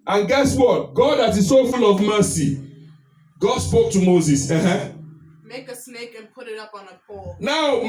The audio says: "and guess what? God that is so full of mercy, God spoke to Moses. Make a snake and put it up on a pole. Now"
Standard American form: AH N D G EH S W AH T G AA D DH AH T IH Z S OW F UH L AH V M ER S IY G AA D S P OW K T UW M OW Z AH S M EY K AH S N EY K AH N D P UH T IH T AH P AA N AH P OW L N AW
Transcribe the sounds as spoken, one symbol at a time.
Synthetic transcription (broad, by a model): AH N G EH S W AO T G AA D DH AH T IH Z S OW F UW L AH V M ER S IY G AA D S P OW K T UW M OW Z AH S M EY K AH S N EY K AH N P UH T IH T AH P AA N AH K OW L N AW